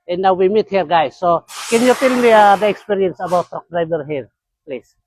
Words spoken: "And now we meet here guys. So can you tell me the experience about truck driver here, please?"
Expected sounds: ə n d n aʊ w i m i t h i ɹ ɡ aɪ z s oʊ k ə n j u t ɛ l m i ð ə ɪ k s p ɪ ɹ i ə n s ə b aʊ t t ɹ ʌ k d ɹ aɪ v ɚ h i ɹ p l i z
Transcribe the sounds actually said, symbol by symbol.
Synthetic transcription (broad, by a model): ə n n aʊ w i m i t h i ɹ ɡ aɪ s oʊ k ə n j u t ɛ l m i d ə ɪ k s p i ɹ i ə n s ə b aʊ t t ɔ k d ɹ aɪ b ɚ h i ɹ p l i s